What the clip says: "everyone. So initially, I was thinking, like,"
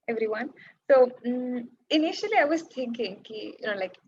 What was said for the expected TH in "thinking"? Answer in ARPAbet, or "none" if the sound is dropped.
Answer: T